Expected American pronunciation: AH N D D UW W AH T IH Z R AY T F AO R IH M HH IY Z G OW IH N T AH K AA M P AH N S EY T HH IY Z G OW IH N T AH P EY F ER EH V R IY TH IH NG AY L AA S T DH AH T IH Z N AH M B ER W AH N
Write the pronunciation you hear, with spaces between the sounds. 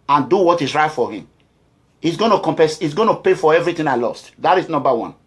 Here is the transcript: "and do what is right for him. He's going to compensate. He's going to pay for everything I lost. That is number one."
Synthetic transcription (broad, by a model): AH N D D UW W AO T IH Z R AY T F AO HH IH M HH IY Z G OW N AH K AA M P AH S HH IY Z G OW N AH P EY F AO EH V R IY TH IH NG AY L AA S T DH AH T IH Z N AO M B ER W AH N